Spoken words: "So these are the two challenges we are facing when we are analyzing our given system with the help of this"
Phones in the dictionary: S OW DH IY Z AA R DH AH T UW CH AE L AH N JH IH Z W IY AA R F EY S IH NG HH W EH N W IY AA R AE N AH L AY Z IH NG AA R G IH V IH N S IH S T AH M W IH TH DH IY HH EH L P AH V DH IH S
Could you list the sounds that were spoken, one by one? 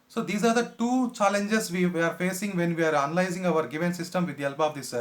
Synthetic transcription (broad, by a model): S OW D IY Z AA R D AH T UW CH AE L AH N JH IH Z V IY AA R F EY S IH NG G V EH N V IY AA R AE N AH L AY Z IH NG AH R G IH V IH N S IH S T AH M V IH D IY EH L B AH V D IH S